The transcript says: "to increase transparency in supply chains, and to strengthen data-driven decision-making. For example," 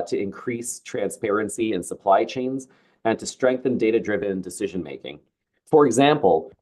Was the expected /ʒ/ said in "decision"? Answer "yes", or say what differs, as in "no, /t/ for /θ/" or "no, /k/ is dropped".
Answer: yes